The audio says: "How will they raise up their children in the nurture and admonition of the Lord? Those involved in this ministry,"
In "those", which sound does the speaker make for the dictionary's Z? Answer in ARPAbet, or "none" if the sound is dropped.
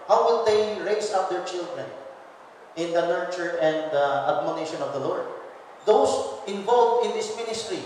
S